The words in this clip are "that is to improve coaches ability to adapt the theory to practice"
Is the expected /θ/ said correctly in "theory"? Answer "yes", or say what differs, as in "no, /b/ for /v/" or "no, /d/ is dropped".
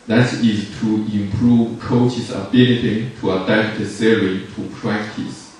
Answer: no, /s/ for /θ/